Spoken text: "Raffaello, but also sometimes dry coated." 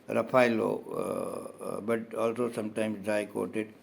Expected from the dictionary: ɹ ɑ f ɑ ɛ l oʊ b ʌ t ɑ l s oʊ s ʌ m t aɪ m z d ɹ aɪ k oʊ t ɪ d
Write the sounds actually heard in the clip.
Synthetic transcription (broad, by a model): ɹ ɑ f ɑ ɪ l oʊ b ʌ t ɑ l s oʊ s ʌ m t aɪ m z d aɪ k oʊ t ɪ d